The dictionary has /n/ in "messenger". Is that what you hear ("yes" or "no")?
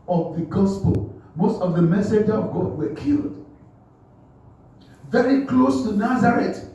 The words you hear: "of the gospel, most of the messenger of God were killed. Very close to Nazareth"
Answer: no